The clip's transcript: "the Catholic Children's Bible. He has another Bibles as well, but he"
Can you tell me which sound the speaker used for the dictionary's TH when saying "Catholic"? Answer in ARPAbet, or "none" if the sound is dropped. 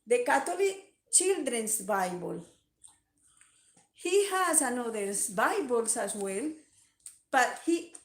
T